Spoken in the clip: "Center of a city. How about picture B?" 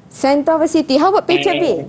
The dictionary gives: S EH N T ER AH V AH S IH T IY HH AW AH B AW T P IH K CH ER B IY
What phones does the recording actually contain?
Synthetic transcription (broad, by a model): S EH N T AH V AH S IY T IY HH AW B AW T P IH CH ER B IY